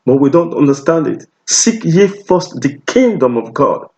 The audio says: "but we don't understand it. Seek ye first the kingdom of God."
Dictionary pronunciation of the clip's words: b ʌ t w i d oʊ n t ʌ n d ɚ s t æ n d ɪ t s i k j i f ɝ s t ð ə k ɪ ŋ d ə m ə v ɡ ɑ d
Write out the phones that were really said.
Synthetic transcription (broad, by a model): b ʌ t w i d oʊ n t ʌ n d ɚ s t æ n d ɪ t s i k j i f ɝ s t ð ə k ɪ ŋ d ə m ə v ɡ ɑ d